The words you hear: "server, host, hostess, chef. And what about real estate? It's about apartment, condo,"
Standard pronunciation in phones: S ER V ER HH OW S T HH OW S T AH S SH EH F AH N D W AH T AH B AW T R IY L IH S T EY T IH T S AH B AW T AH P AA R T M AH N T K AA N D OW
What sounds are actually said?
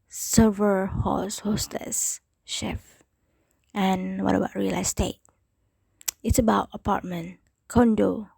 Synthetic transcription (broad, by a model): S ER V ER HH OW S HH OW S T AH S SH EH F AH N W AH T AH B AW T R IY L IH S T EY T IH T S AH B AW T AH P AA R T M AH N K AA N D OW